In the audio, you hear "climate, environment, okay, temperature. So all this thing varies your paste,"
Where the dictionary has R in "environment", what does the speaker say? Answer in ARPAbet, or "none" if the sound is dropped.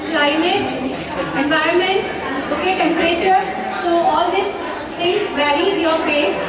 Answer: R